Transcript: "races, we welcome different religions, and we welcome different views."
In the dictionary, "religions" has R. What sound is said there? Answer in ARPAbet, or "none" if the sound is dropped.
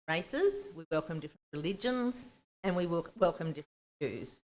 R